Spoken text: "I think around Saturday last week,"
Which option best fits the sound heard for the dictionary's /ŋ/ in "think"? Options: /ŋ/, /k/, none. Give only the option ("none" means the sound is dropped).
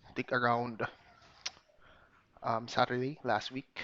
none